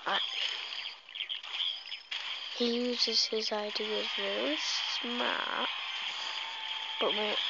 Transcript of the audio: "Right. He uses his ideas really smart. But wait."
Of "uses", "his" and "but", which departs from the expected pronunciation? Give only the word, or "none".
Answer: none